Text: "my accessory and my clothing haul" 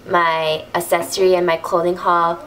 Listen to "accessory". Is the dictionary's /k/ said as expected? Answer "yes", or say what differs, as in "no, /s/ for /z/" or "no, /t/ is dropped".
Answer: no, /k/ is dropped